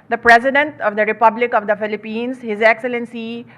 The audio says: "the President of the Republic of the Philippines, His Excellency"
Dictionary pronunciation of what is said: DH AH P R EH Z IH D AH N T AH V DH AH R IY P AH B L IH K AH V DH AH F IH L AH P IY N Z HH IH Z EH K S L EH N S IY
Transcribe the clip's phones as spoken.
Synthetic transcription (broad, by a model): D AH P R EH Z IH D AH N T AH V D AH R IY P AH B L IH K AH V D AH F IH L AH P IY N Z HH IH Z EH K S L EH N S IY